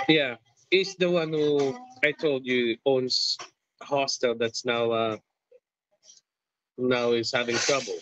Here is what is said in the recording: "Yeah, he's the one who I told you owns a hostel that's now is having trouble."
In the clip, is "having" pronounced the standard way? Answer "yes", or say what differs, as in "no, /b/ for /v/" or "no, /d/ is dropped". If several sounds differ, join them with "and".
yes